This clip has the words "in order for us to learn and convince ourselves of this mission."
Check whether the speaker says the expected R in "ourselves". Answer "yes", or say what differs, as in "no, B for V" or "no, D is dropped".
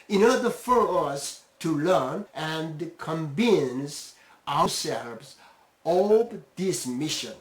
no, W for R